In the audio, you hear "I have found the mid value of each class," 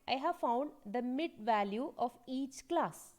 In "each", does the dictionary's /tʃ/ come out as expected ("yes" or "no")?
yes